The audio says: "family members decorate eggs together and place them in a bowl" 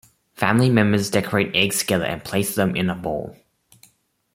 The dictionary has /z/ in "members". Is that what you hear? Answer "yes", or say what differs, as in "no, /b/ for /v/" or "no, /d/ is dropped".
yes